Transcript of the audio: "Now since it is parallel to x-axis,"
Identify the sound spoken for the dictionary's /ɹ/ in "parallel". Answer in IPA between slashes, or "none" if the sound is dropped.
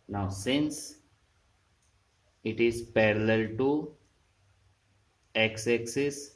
/ɹ/